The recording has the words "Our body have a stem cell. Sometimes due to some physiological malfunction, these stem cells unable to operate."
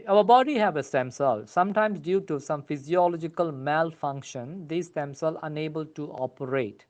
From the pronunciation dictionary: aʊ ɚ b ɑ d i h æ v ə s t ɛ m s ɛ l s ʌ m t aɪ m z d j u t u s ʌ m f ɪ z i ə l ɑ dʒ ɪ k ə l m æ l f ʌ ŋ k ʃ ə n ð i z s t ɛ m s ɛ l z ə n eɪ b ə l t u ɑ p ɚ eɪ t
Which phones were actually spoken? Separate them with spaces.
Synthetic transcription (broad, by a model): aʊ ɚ b ɑ d i h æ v ə s t ɛ m s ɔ l s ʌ m t aɪ m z d j u t u s ʌ m f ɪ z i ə l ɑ dʒ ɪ k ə l m æ l f ʌ ŋ k ʃ ə n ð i s t ɛ m s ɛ l ə n eɪ b ə l t u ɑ p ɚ eɪ t